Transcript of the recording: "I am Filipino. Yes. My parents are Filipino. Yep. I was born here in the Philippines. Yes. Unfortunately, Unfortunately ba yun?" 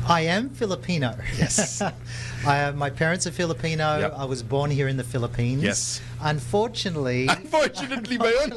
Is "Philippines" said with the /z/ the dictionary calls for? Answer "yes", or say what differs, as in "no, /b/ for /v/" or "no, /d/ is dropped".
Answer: no, /z/ is dropped